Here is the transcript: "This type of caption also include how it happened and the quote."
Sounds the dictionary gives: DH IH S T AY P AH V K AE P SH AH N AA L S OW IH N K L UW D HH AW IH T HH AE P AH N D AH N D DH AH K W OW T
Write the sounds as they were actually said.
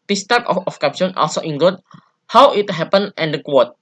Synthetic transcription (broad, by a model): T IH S T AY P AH F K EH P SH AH N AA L S OW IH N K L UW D HH AW IH T HH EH P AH N AH N D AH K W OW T